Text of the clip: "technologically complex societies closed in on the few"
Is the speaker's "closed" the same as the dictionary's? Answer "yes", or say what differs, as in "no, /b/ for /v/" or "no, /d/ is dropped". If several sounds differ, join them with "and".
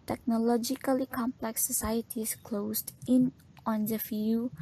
no, /s/ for /z/